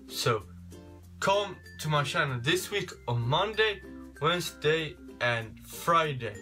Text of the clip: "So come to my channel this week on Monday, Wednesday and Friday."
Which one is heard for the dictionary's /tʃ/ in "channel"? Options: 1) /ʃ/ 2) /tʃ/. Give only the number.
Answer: 1